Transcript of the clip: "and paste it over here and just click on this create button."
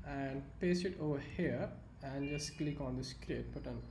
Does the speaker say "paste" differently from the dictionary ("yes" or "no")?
yes